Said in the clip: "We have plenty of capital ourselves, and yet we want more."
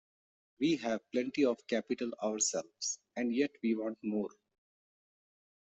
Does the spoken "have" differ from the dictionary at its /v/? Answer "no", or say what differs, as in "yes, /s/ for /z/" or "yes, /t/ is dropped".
no